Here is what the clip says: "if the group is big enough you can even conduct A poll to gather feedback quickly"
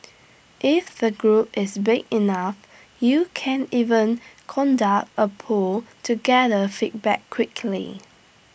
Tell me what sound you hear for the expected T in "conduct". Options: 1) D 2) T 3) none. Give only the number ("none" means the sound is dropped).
2